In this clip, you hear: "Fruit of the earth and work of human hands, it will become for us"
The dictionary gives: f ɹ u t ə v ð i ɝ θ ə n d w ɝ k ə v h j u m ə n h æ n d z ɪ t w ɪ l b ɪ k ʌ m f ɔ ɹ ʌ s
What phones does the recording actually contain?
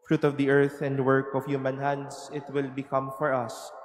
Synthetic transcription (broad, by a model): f ɹ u t ə v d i ɝ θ ə n d w ɝ k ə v h j u m ə n h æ n d s ɪ t w ɪ l b ɪ k ʌ m f ɔ ɹ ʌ s